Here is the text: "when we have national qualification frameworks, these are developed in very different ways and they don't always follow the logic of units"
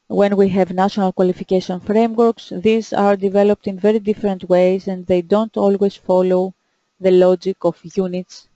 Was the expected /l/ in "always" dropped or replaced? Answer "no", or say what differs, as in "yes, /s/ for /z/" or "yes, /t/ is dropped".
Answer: no